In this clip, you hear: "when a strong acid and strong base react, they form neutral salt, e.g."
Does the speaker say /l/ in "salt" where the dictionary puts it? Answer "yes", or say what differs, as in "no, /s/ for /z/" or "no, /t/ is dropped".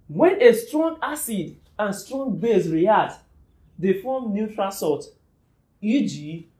no, /l/ is dropped